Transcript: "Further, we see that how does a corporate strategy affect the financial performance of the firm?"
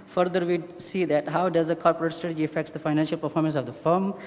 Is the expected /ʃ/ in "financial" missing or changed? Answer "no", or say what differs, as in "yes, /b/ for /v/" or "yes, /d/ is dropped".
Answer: no